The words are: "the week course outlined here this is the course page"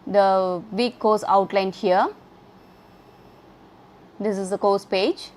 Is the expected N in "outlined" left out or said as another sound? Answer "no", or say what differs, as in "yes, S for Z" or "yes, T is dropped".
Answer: no